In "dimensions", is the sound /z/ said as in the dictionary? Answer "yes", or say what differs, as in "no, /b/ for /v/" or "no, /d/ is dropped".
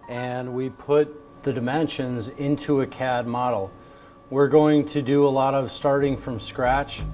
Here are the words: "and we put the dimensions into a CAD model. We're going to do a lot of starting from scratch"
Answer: yes